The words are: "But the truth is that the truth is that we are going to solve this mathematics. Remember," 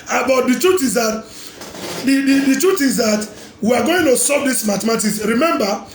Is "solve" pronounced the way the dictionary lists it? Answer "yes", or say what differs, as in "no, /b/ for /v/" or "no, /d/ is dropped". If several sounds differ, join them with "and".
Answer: no, /l/ is dropped